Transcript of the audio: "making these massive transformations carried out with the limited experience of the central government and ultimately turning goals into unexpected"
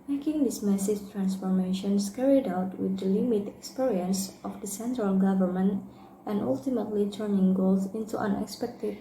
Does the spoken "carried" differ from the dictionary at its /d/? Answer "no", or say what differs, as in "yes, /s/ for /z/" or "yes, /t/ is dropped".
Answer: no